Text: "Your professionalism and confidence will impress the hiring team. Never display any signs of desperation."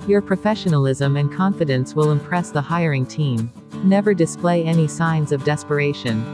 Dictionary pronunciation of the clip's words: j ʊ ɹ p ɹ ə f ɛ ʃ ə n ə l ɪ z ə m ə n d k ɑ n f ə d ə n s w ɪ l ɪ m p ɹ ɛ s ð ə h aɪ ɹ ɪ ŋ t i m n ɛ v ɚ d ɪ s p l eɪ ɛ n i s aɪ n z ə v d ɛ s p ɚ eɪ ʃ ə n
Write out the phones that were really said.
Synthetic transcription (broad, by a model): j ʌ ɹ p ɹ ə f ɛ ʃ ə n ə l ɪ z ə m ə n k ɑ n f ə d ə n s w ɪ l ɪ m p ɹ ɛ s ð ə h aɪ ɹ ɪ ŋ t i m n ɛ v ɚ d ɪ s p l eɪ ɛ n i s aɪ n z ə v d ɛ s p ɚ eɪ ʃ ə n